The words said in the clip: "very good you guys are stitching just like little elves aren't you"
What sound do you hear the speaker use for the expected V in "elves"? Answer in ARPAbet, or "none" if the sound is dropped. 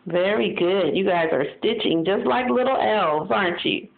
V